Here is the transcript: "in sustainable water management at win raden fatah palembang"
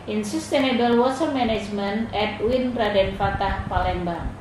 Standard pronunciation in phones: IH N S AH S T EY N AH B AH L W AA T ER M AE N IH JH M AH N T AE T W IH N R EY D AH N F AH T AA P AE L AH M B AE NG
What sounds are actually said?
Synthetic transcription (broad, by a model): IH N S AH S T EY N AH B AH L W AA S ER M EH N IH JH M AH N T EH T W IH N R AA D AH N F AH T AA P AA L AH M B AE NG